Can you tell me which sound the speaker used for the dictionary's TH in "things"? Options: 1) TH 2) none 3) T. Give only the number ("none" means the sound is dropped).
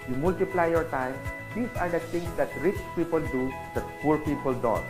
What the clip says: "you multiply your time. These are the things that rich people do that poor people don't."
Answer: 3